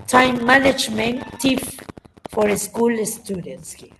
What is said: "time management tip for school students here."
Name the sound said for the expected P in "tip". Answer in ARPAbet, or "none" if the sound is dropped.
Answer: F